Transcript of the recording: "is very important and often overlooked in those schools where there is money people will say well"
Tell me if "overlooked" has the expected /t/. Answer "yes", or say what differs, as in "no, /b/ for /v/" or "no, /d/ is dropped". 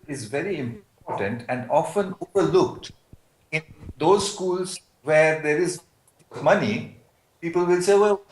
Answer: yes